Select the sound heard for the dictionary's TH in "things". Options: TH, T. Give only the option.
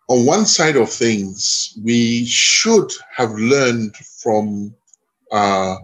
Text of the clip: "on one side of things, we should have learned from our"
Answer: TH